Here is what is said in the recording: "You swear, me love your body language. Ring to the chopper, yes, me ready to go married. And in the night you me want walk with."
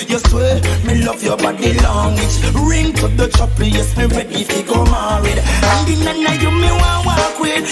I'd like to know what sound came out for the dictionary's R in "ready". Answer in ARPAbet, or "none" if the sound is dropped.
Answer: W